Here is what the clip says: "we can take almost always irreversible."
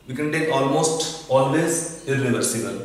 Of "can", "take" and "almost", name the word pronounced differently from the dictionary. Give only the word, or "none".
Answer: none